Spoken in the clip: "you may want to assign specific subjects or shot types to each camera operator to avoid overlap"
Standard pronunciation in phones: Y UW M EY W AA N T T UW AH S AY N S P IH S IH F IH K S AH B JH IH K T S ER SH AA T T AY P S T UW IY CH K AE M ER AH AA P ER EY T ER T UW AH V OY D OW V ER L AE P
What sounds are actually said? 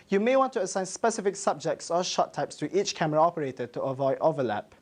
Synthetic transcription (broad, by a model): Y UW M EY W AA N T T UW AH S AY N S P IH S IH F IH K S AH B JH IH K T S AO SH AA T T AY P S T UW IY CH K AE M ER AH AA P ER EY T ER T UW AH V OY D OW V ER L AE P